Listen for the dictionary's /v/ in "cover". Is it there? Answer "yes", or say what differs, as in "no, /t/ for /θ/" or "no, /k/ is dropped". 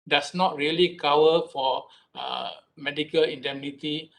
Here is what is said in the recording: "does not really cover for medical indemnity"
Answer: no, /w/ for /v/